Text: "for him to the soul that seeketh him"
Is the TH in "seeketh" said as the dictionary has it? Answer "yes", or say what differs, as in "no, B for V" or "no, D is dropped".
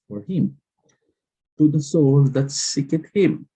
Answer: no, T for TH